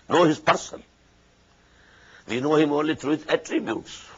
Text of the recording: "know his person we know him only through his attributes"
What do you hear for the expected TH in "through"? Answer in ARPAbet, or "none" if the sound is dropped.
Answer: T